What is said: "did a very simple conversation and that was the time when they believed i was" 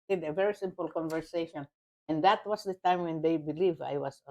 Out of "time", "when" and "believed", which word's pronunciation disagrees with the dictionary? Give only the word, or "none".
believed